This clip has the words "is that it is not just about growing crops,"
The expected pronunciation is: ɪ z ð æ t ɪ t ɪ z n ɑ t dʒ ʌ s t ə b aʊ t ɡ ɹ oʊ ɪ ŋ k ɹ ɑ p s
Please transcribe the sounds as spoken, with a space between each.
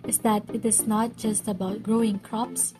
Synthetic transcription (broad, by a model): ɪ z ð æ t ɪ t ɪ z n ɑ t dʒ ʌ s t ə b aʊ t ɡ ɹ oʊ ɪ ŋ k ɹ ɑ p s